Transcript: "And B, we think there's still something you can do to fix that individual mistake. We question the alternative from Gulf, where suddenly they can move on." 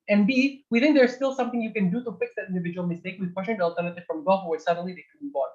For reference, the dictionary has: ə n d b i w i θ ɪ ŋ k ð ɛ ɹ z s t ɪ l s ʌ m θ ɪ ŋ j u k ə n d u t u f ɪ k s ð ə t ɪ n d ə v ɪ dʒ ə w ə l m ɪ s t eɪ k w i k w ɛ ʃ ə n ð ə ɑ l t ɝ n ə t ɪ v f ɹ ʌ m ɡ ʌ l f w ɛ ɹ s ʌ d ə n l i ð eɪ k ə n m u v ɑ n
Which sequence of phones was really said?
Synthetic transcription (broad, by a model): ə n b i w i θ ɪ ŋ k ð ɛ ɹ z s t ɪ l s ʌ m θ ɪ ŋ j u k ə n d u t u f ɪ k s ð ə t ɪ n d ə v ɪ dʒ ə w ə l m ɪ s t eɪ k w i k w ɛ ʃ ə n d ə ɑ l t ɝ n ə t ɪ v f ɹ ʌ m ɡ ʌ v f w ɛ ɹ s ʌ d ə n l i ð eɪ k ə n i b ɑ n